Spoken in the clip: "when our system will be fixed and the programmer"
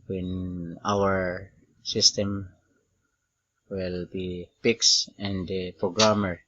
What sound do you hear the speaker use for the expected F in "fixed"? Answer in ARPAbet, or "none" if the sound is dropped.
P